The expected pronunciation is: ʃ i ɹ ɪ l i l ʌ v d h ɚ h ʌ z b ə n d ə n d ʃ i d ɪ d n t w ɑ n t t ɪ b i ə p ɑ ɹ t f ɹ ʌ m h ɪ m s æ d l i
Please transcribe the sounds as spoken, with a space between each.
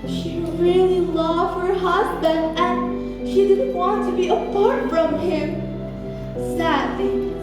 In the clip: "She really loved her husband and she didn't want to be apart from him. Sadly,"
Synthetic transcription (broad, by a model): ʃ i ɹ ɪ l i l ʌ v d h ɚ h ʌ z b ə n d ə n ʃ i d ɪ d n t w ɑ n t t ɪ b i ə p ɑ ɹ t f ɹ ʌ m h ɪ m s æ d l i